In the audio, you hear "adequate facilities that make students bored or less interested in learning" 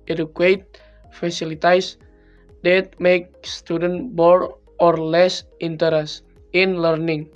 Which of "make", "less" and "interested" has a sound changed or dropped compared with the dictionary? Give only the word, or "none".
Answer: interested